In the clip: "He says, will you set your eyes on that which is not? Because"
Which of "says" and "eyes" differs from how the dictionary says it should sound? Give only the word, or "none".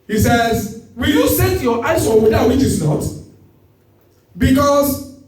eyes